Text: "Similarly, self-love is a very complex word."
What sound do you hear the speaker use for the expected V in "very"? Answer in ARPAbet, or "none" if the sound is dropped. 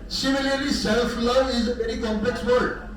B